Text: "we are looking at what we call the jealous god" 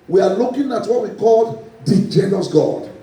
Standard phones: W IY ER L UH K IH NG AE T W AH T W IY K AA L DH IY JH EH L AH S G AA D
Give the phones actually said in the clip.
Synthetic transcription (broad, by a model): W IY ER L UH K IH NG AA T W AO T W IY K AA L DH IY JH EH N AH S G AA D